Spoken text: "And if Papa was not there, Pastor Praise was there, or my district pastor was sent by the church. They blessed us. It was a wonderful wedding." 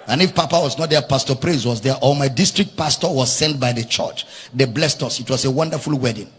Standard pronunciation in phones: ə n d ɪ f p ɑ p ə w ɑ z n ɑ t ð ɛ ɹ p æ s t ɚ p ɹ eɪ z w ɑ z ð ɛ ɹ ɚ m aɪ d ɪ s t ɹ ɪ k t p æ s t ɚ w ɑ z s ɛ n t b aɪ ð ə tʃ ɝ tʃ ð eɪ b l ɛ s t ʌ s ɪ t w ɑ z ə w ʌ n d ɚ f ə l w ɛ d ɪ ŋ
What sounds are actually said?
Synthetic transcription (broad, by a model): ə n ɪ f p ɑ p ə w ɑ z n ɑ t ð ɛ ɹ p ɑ s t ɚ p ɹ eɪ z w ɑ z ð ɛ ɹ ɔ m aɪ d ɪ s t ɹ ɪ k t p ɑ s t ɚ w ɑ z s ɛ n t b aɪ ð ə tʃ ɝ tʃ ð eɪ b l ɛ s t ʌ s ɪ t w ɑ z ə w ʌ n d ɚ f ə l w ɛ d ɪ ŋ